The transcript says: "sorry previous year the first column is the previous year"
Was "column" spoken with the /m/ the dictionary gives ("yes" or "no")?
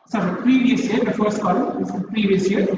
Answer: no